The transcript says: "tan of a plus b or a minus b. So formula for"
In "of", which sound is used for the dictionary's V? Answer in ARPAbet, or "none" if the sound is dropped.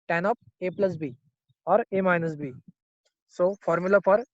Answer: P